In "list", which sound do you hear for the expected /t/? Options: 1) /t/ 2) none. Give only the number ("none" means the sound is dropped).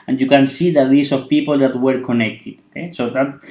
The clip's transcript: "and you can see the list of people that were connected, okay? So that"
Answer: 2